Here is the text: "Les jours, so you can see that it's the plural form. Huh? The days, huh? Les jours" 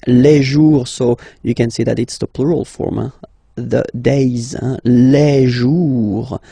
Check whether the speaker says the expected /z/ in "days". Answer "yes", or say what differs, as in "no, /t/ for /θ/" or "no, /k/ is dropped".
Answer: yes